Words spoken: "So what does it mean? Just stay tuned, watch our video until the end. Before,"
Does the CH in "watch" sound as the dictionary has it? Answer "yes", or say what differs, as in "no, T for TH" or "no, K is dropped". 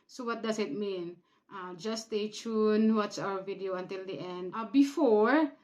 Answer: no, S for CH